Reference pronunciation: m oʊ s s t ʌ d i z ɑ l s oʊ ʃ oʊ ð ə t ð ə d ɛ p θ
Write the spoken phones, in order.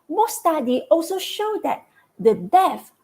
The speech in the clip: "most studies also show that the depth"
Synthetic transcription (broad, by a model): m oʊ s s t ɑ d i ɑ l s oʊ ʃ oʊ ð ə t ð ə d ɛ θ